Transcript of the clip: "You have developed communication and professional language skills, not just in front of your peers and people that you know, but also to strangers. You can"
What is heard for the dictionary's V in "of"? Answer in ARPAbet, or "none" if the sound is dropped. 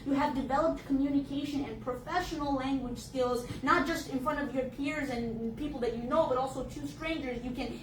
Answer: V